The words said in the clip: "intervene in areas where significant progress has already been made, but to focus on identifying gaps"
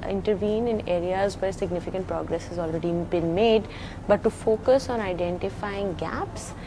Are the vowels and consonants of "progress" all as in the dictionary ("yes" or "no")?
yes